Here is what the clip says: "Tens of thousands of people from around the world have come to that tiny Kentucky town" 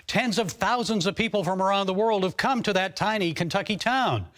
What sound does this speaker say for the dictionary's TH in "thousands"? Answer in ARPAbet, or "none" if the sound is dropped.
TH